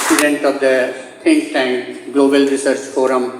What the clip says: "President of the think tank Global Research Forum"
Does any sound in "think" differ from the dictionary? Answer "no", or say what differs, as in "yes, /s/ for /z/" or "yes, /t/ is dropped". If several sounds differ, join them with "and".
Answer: yes, /t/ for /θ/